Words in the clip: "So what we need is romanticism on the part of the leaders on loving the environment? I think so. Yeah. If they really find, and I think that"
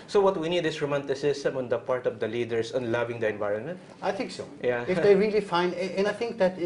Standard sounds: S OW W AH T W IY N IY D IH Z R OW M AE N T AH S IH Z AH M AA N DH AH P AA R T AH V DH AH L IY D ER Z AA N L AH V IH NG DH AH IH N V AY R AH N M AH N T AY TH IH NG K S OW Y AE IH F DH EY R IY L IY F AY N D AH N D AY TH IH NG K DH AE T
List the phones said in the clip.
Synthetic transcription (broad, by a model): S OW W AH T W IY N IY D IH S R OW M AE N T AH S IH S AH M AA N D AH P AA R T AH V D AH L IY D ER S AA N L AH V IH NG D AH IH N V AY R AH N M AH N T AY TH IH NG K S OW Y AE IH F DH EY R IY L IY F AY N D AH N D AY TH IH NG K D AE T